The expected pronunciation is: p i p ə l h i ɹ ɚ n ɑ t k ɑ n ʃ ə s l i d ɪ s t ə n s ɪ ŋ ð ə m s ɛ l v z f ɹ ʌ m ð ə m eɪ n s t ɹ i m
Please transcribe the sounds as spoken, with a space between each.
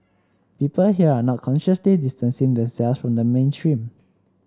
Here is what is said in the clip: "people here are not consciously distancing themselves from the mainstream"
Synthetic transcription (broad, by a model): p i p ə l h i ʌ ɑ n ɑ t k ɑ n ʃ ə s l i d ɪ s t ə n s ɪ ŋ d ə m s ɛ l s f ɹ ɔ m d ə m eɪ n s t ɹ i m